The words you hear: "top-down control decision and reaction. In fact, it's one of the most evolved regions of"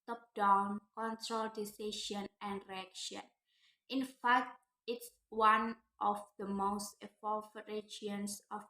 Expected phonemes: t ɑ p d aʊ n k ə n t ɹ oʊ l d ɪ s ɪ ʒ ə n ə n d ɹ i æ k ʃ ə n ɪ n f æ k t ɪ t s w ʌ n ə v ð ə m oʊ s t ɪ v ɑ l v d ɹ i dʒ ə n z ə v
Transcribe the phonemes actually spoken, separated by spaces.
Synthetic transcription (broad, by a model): t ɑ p d aʊ n k ə n t ɹ oʊ l d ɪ s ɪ ʃ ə n ə n d ɹ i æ k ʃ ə n ɪ n f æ k t ɪ t s w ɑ n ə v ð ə m oʊ s t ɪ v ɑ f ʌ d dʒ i ə n s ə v